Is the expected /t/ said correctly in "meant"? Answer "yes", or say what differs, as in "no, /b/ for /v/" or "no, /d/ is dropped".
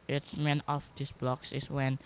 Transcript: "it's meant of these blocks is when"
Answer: no, /t/ is dropped